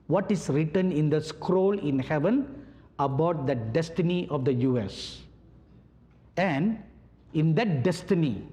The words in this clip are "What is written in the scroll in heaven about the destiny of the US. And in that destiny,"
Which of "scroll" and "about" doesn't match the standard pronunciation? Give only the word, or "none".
none